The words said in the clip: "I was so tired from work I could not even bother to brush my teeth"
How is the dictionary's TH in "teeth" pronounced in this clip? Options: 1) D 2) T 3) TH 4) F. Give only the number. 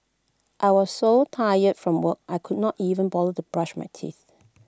3